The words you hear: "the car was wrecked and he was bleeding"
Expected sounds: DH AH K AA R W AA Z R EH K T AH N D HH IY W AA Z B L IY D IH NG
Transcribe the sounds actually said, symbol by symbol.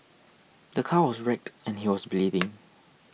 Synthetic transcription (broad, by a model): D AH K AA W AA S R EH K T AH N HH IY W AA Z B L IY D IH NG